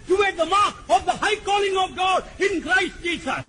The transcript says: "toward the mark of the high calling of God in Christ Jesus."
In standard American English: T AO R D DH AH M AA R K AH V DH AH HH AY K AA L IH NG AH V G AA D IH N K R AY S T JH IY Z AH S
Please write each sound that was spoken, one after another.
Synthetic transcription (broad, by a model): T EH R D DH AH M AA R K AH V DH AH HH AY K AA L IH NG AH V G AA D IH N K R AY S T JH IY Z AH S